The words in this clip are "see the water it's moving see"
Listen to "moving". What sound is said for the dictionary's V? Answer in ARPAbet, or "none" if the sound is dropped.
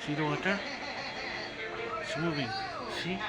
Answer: B